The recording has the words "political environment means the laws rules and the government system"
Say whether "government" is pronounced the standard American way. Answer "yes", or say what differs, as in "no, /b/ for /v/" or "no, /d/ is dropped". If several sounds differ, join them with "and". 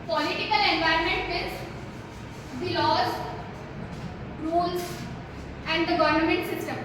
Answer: yes